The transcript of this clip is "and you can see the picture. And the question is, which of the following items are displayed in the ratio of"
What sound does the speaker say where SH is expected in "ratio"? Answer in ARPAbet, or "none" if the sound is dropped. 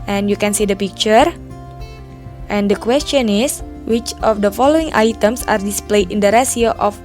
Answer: S